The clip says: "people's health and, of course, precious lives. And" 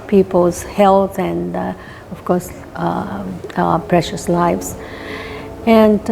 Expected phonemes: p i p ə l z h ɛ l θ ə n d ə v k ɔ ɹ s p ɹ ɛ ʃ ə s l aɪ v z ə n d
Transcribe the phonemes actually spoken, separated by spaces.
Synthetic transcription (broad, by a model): p i p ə l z h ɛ l t ə n d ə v k ɔ ɹ s p ɹ ɛ ʃ ə s l aɪ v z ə n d